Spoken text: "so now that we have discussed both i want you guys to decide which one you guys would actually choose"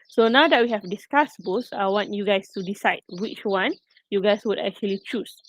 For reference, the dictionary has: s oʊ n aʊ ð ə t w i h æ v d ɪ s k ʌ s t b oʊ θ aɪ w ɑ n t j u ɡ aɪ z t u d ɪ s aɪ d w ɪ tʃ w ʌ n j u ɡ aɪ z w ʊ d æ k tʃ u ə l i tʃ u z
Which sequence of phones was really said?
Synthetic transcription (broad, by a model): s oʊ n aʊ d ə t w i h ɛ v d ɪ s k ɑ s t b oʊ s aɪ w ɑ n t j u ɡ aɪ s t u d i s aɪ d w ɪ tʃ w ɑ n j u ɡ aɪ s w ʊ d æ k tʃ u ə l i tʃ u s